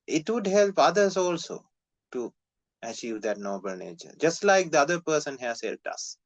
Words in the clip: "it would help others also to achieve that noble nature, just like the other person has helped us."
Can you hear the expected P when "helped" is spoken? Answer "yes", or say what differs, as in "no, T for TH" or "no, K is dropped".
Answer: no, P is dropped